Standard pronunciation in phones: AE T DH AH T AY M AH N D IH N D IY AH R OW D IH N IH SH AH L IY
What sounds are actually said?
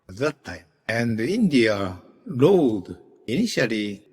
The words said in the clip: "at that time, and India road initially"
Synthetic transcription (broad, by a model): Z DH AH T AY AH N D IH N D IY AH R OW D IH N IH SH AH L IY